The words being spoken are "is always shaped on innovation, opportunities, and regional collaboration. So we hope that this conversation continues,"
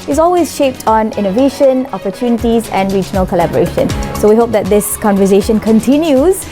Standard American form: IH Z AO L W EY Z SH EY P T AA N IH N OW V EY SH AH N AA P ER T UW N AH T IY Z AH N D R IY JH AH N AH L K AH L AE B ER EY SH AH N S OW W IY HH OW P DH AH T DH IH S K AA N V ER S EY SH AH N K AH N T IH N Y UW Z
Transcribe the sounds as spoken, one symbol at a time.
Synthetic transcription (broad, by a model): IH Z AO L W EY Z SH EY P T AA N IH N OW V EY SH AH N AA P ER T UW N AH T IY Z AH N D R IY JH AH N AH L K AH L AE B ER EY SH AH N S OW W IY HH OW P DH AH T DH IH S K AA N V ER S EY SH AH N K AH N T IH N Y UW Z